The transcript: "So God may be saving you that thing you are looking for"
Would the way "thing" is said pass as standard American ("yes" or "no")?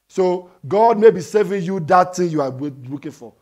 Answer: no